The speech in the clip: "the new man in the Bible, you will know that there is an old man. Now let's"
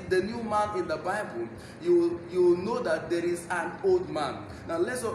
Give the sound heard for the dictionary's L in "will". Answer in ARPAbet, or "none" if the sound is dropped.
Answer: W